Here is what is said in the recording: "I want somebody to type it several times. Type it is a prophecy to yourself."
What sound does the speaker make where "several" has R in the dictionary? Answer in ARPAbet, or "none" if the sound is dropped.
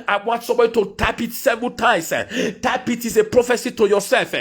none